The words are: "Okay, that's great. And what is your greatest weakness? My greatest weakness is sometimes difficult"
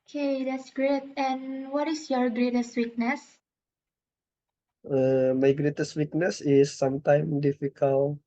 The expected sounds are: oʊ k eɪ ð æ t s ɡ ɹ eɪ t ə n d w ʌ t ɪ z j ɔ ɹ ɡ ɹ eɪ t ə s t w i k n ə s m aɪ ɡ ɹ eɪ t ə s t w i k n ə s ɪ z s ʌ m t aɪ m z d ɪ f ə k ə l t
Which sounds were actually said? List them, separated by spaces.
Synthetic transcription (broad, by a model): k eɪ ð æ t s ɡ ɹ eɪ t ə n w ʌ t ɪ s j ɔ ɹ ɡ ɹ eɪ t ə s t w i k n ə s m aɪ ɡ ɹ eɪ t ə s t w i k n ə s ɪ s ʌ m t aɪ m d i f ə k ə l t